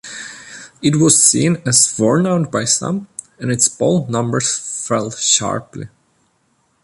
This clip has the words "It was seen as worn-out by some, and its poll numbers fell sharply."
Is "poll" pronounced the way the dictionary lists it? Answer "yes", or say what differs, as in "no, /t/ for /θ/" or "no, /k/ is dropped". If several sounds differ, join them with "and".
no, /b/ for /p/